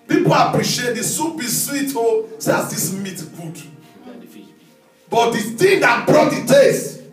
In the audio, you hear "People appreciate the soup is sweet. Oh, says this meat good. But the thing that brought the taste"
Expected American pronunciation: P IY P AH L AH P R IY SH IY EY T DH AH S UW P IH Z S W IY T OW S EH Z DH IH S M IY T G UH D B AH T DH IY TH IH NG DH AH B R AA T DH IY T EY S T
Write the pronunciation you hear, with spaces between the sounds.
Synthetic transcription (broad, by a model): P IY P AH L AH P R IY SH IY EY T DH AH S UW B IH S W IY T OW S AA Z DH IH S M IY T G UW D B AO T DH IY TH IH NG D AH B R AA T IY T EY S